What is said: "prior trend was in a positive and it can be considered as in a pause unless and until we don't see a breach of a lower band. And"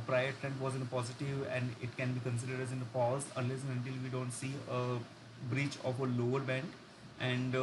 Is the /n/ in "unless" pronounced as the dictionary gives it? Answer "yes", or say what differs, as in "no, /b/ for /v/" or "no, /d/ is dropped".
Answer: no, /n/ is dropped